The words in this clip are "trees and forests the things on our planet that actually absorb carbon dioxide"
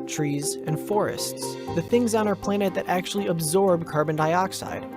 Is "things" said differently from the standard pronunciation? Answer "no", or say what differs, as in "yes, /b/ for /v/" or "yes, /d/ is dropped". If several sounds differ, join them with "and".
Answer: no